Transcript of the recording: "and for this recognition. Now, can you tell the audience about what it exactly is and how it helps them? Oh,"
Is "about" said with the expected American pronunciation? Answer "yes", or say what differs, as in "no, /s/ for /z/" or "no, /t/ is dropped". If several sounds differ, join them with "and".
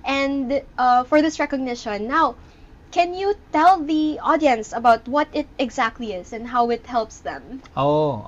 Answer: yes